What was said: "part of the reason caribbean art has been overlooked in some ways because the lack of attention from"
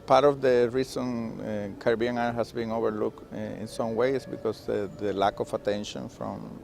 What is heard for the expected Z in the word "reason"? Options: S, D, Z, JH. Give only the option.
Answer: S